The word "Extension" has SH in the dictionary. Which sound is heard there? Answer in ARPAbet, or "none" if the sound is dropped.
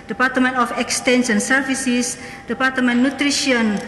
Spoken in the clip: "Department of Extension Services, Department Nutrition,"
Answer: S